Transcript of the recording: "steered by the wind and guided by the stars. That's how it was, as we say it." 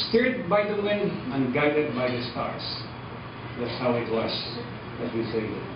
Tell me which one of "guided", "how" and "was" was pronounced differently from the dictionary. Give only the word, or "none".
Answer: was